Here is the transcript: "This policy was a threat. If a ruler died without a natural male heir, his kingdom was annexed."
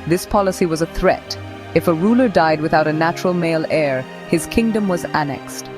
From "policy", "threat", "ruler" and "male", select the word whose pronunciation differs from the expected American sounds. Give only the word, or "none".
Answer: none